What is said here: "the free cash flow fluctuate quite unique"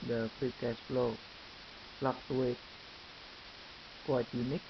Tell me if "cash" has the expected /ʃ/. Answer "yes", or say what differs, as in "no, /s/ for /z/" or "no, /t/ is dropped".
no, /s/ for /ʃ/